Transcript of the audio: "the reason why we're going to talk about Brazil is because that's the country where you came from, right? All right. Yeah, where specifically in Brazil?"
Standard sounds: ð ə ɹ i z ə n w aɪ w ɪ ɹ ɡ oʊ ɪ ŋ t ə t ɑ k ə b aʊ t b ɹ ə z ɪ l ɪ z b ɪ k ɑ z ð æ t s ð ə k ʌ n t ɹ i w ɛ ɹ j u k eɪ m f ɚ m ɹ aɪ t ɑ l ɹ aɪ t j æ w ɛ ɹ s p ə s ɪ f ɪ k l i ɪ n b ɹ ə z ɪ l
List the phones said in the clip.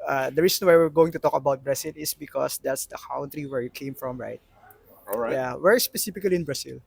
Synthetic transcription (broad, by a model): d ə ɹ i s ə n w aɪ w ɪ ɹ ɡ oʊ ɪ ŋ t ə t ɑ k ə b aʊ t b ɹ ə s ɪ l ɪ s b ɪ k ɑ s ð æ t s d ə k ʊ n t ɹ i w ɛ ɹ j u k eɪ m f ɹ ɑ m ɹ aɪ t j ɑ w ɛ ɹ s p ə s ɪ f ɪ k l i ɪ n b ɹ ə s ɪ l